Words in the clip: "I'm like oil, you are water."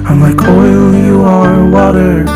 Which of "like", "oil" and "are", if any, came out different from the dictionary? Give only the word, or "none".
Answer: none